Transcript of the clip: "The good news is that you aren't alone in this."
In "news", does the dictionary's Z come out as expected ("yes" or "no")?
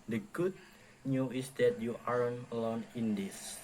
no